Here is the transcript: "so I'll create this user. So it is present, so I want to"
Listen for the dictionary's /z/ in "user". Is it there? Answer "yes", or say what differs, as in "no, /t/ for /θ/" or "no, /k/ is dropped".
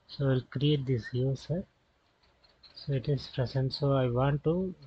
no, /s/ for /z/